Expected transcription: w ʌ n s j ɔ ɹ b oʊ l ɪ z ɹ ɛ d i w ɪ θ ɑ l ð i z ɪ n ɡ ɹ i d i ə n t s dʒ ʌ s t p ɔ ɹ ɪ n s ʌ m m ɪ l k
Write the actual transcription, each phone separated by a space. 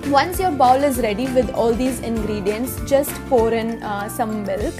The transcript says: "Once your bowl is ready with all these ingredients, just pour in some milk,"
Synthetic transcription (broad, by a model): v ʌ n s j ɔ ɹ b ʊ l ɪ z ɹ ɛ d i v ɪ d ɑ l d i z ɪ n ɡ ɹ i d i ə n t s dʒ ʌ s t f ɔ ɹ ɪ n s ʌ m m ɪ l k